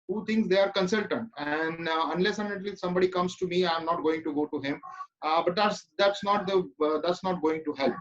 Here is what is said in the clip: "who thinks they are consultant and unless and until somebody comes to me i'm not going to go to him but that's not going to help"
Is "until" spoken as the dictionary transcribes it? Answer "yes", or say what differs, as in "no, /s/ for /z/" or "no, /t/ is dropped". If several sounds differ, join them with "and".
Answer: no, /n/ is dropped